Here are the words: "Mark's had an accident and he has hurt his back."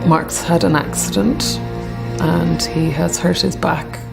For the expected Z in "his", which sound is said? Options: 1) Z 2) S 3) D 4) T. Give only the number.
1